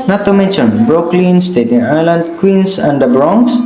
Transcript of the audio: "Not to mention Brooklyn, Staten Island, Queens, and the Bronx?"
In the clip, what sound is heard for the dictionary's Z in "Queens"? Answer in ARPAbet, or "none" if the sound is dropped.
S